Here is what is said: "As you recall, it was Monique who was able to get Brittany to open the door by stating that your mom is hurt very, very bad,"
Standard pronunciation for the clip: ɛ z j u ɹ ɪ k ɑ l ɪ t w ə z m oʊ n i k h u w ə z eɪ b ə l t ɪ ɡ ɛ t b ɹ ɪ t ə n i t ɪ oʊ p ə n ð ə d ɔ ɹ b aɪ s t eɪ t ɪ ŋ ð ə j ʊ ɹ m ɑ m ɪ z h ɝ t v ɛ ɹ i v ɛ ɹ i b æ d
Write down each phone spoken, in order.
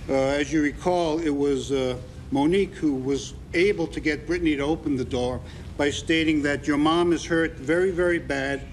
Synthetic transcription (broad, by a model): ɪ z j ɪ ɹ ɪ k ɑ l ɪ t w ə z m oʊ n i k h u w ə z eɪ b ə l t ɪ ɡ ɛ t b ɹ ɪ t n i t ɪ oʊ p ə n ð ə d ɔ ɹ b aɪ s t eɪ t ɪ ŋ ð ə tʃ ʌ ɹ m ɑ m ɪ z h ɝ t v ɛ ɹ i v ɛ ɹ i b æ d